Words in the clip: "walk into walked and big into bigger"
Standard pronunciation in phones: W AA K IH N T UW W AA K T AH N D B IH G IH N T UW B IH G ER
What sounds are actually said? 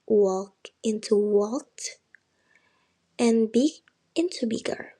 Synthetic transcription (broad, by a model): W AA K IH N T UW W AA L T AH N B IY IH N T UW B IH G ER